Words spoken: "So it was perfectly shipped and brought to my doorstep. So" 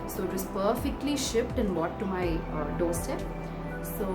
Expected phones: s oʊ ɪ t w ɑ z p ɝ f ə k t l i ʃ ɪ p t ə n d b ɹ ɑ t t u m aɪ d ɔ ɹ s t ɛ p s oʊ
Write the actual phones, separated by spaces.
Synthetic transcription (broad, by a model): s oʊ ɪ t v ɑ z p ɝ f ə k t l i ʃ ɪ p t ə n d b ɑ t t u m aɪ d ɔ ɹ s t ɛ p s oʊ